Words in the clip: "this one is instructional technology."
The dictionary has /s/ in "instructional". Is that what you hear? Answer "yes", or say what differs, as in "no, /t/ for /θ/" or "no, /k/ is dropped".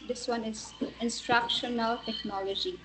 yes